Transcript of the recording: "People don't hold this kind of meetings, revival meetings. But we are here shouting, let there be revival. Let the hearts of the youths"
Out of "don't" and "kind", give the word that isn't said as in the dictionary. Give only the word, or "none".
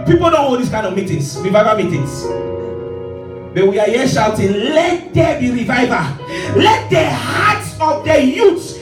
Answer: kind